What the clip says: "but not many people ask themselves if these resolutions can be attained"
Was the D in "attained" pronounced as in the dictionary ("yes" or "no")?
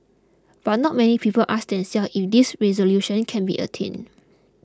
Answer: no